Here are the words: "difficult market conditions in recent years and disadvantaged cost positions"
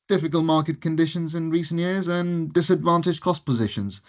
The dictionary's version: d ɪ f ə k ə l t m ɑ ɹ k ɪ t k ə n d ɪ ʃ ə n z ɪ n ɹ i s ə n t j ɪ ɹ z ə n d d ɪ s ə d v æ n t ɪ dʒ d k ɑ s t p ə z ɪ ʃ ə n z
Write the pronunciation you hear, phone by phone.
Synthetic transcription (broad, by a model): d ɪ f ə k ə l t m ɑ ɹ k ɪ t k ə n d ɪ ʃ ə n z ɪ n ɹ i s ə n t j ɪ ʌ z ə n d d ɪ s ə d v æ n t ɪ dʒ k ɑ s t p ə z ɪ ʃ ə n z